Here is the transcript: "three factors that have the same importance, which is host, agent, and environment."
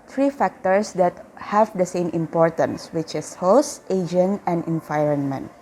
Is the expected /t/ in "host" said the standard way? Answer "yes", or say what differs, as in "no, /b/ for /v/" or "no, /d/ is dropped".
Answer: yes